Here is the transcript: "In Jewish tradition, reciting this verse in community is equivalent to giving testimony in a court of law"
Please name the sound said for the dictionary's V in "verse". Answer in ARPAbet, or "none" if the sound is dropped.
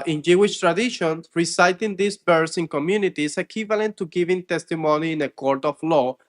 B